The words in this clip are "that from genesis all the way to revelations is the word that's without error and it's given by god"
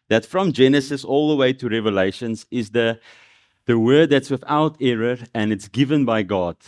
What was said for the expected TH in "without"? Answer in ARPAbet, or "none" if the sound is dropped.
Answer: TH